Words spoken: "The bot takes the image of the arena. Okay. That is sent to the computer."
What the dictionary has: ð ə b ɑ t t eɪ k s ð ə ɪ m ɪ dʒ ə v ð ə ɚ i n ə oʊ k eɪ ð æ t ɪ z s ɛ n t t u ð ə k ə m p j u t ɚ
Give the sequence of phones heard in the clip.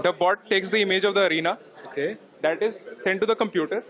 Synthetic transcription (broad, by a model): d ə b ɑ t t eɪ k s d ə ɪ m ɪ dʒ ə v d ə ɚ i n ə oʊ k eɪ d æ t ɪ z s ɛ n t t u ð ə k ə m p j u t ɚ